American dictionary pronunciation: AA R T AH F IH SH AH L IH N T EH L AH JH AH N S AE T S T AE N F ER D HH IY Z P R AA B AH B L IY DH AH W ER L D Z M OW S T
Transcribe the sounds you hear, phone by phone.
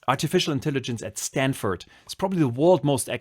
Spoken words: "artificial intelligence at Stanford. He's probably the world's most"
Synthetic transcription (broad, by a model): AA R T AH F IH SH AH L IH N T EH L AH JH AH N S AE T S T AE N F ER D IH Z P R AA B AH B L IY DH AH W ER L D M OW S T